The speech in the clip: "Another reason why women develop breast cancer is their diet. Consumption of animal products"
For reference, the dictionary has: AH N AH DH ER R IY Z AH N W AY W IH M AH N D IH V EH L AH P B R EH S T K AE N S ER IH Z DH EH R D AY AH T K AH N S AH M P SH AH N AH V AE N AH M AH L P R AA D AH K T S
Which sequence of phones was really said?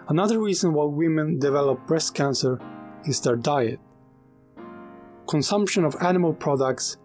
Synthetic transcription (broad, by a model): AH N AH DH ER R IY Z AH N W AY W IH M AH N D IH V EH L AH P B R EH S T K AE N S ER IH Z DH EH R D AY AH T K AH N S AH M P SH AH N AH V AE N AH M AH L P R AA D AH K T S